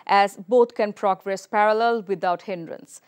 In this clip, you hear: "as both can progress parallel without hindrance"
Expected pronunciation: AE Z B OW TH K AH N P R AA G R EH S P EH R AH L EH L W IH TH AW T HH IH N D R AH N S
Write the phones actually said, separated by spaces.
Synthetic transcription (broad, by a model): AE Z B OW T K AH N P R AA G R EH S P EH R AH L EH L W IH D AW T HH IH N D R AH N S